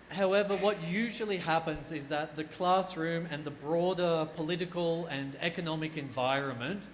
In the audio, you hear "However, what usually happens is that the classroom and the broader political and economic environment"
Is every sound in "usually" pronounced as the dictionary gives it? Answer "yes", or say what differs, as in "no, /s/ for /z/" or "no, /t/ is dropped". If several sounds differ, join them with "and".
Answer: yes